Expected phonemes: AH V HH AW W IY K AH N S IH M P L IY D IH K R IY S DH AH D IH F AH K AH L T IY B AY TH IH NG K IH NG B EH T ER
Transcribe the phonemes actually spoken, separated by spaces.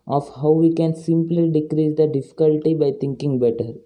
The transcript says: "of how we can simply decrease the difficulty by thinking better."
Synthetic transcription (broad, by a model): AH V HH AW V IY K AH N S IH M P L IY D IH K R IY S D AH D IH F AH K AH L T IY B AY T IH NG K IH NG B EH T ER